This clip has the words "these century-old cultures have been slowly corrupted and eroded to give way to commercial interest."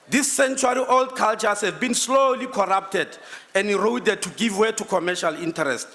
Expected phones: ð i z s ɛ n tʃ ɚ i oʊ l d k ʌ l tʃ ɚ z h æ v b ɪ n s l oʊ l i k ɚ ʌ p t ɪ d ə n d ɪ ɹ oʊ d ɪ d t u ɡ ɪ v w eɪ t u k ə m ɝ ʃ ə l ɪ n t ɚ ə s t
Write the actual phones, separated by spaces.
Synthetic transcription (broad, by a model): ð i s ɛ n tʃ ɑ i oʊ l d k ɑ l tʃ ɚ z h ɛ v b ɪ n s l oʊ l i k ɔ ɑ p t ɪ d ə n d ɪ ɹ oʊ d ɪ d t u ɡ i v w eɪ t u k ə m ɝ ʃ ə l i n t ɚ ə s t